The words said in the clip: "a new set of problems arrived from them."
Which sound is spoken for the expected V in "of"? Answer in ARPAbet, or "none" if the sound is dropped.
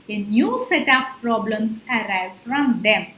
P